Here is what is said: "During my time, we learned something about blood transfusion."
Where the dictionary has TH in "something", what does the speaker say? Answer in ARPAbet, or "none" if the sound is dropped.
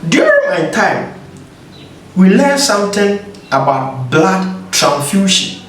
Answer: T